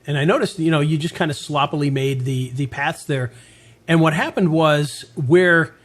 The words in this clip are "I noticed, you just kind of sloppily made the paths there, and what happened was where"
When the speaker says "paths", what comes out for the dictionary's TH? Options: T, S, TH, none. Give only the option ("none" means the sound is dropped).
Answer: TH